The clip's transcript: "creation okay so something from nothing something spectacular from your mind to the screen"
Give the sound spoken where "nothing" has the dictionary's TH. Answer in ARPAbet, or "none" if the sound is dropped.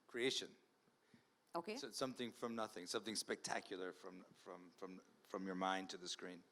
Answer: TH